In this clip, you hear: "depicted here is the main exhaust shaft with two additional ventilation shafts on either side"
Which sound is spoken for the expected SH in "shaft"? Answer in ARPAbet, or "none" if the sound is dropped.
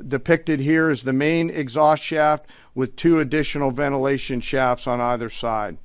SH